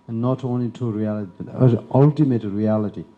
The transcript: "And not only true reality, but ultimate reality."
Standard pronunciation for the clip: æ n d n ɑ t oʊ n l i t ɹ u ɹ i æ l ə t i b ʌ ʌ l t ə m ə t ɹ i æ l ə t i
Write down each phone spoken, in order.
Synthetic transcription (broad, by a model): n n ɑ t oʊ n l i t u ɹ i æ l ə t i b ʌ ʌ l t ə m ə t ɹ i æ l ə t i